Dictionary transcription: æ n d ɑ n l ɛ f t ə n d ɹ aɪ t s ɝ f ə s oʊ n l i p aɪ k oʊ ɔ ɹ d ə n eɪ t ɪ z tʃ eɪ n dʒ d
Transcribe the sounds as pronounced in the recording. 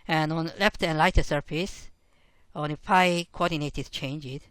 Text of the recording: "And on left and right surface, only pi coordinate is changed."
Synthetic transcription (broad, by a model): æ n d ɑ n l ɛ f t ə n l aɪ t s ɝ f ə s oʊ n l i f aɪ k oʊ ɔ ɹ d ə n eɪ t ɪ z tʃ eɪ n dʒ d